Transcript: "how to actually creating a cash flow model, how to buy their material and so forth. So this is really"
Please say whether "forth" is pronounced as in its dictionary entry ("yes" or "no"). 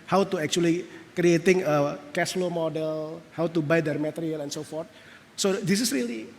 no